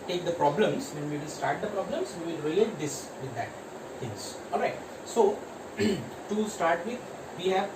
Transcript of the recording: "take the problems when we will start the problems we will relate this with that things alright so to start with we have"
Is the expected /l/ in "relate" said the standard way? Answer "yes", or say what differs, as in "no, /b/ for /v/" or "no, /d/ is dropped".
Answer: no, /l/ is dropped